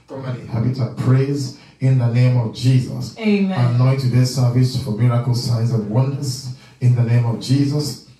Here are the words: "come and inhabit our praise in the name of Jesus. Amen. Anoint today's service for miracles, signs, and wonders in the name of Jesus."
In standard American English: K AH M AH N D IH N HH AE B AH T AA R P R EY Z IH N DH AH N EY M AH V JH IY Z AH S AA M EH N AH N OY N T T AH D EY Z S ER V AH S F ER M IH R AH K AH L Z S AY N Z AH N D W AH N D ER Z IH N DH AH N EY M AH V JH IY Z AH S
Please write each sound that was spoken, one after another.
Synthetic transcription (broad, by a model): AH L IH HH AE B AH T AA P R EY Z IH N DH AH N EY M AH V JH IY Z AH S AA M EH N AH IH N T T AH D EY S ER V AH S F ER M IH R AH K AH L S AY N Z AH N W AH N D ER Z IH N DH AH N EY M AH V JH IY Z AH S